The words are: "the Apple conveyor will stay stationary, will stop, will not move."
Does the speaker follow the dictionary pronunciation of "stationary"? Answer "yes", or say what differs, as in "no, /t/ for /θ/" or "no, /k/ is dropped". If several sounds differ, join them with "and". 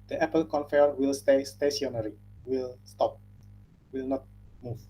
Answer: no, /s/ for /ʃ/